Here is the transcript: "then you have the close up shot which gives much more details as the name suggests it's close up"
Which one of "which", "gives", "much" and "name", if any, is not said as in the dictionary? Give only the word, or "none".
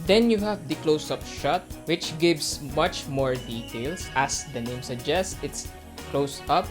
gives